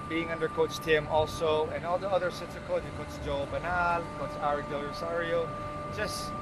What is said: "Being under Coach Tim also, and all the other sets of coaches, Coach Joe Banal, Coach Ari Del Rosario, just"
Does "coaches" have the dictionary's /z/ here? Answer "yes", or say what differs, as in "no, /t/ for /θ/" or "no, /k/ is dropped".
no, /z/ is dropped